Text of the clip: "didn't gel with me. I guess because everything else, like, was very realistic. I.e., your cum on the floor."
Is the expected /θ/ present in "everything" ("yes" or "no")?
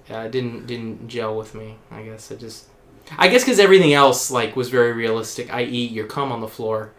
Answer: yes